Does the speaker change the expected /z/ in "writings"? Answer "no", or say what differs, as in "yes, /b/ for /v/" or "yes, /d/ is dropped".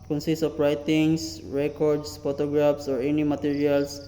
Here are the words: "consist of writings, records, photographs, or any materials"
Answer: yes, /s/ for /z/